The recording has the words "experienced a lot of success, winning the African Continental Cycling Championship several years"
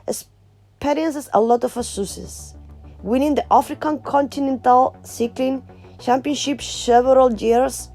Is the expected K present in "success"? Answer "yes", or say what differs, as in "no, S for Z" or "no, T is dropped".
no, K is dropped